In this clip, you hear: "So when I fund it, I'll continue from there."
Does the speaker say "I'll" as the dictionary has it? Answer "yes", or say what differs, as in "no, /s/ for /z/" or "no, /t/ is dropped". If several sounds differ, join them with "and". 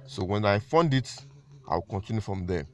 no, /w/ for /l/